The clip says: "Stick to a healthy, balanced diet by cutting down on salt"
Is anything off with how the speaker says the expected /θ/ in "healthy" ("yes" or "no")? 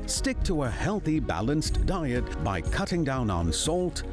no